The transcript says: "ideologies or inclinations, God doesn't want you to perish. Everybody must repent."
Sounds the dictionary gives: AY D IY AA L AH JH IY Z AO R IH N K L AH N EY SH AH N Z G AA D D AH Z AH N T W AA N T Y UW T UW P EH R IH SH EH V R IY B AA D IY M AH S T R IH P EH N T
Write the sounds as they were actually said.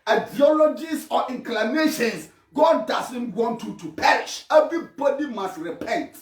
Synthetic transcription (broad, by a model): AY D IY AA L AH JH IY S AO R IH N K L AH N EY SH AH N S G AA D D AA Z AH N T W AA N T Y UW T UW P EH R IH SH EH V R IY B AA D IY M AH S T R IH P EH N T